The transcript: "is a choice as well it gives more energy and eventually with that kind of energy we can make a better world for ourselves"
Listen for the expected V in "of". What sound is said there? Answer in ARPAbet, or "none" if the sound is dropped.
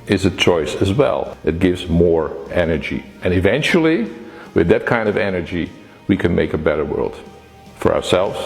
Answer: V